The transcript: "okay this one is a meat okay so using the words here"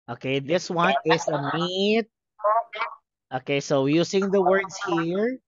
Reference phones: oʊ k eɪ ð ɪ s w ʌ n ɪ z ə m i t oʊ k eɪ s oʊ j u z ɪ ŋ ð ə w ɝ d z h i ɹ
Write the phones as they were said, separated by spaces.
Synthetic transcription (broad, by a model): oʊ k eɪ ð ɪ s w ʌ n ɪ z ə m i t oʊ k eɪ s oʊ j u s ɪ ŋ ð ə w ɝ d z h i ɹ